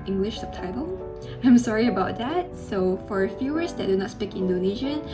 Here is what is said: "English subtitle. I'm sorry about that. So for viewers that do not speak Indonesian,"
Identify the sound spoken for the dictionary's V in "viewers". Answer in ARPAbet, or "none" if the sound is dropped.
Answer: F